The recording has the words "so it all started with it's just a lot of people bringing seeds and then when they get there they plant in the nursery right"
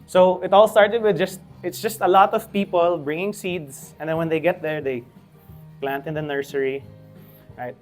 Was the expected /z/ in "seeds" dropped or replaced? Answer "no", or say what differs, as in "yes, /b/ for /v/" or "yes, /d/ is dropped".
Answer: yes, /s/ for /z/